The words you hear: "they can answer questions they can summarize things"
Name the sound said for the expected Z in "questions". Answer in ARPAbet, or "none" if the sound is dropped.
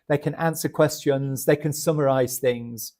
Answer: Z